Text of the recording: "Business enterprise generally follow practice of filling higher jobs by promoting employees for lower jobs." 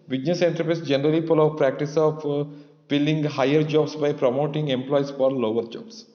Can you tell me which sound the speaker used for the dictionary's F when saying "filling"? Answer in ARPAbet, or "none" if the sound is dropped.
P